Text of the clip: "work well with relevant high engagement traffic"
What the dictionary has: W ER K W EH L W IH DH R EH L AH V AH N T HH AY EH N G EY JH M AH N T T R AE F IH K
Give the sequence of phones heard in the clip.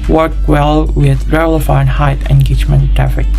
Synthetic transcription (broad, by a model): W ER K W EH L W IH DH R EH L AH F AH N HH AY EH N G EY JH M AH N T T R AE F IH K